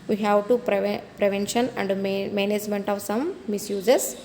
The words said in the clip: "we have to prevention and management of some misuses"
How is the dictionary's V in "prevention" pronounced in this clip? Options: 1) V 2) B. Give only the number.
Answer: 1